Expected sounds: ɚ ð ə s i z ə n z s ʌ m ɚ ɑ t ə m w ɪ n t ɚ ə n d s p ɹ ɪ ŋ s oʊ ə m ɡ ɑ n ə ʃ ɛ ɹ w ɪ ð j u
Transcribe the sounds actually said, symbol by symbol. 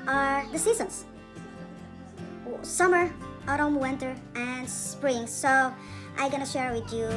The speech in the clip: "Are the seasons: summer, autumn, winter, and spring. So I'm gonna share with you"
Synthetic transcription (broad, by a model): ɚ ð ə s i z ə n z s ʌ m ɚ ɑ t ə m w ɪ n t ɚ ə n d s p ɹ ɪ ŋ s oʊ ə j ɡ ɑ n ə ʃ ɛ ɹ w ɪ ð j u